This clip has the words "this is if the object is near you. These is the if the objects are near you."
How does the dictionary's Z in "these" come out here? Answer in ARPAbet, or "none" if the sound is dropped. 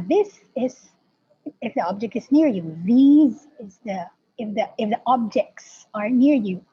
Z